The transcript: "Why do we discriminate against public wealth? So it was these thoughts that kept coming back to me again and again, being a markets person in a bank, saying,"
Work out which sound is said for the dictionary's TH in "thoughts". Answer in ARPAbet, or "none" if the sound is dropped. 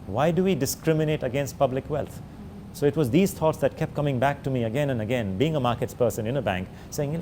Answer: T